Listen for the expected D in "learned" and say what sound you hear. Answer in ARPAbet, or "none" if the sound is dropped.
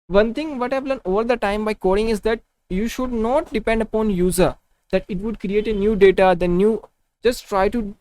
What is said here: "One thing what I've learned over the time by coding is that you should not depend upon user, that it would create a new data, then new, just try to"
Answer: none